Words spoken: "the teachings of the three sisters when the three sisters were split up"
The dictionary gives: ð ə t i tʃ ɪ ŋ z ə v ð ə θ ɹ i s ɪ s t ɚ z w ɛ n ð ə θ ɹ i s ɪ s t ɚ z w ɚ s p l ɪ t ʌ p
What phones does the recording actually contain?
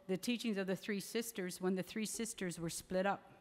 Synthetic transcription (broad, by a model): ð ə t i tʃ ɪ ŋ z ə v ð ə θ ɹ i s ɪ s t ɚ z w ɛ n ð ə θ ɹ i s ɪ s t ɚ z w ɚ s p l ɪ t ʌ p